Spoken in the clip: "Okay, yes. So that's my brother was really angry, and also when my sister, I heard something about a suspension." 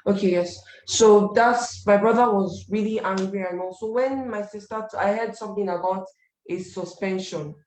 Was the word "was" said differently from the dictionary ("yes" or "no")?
no